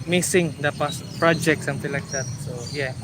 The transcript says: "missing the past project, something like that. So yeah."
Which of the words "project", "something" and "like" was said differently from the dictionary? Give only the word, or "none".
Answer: something